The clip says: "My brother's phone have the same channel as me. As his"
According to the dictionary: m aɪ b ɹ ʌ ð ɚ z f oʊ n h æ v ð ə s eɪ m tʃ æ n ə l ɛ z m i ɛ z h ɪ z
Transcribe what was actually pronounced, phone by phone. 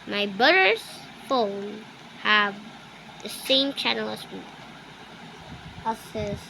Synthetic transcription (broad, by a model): m aɪ b ʌ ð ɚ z f oʊ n h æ v ð ə s eɪ m tʃ æ n ə l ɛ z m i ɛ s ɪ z